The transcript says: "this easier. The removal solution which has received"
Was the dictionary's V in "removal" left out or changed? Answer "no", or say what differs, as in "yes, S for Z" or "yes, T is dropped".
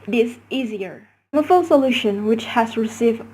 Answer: yes, F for V